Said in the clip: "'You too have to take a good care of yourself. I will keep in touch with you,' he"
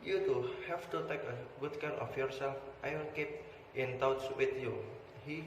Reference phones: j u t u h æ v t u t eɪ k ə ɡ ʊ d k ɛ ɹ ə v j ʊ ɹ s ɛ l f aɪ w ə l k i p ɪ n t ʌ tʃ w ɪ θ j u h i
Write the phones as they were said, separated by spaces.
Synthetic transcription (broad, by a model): j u t u h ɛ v t u t eɪ k ə ɡ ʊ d k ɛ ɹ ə f j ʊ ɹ s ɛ l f aɪ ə n k i p ɪ n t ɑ s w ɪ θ j u h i